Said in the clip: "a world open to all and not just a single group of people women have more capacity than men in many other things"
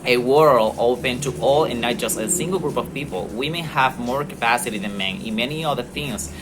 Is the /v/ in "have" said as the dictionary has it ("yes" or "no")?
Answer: yes